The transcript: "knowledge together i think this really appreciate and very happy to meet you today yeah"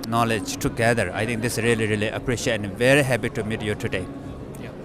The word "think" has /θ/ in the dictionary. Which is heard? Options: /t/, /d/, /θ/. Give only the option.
/t/